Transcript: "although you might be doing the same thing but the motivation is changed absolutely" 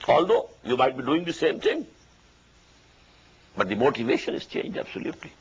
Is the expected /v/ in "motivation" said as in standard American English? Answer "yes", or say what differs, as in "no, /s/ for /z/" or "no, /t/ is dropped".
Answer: yes